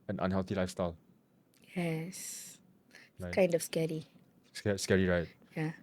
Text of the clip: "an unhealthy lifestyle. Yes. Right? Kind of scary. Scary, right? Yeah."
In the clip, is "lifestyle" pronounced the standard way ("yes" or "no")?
yes